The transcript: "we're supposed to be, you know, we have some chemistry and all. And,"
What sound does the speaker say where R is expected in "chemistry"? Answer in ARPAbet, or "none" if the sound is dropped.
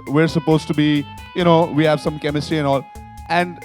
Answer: R